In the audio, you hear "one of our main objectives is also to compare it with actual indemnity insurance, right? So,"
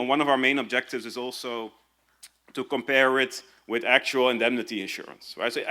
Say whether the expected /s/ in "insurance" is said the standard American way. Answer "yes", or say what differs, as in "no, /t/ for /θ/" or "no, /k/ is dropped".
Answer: yes